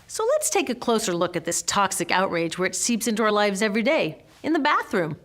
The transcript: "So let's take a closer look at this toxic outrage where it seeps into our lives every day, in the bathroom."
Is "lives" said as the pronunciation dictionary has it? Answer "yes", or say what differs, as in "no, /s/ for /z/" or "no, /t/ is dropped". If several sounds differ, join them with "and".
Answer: yes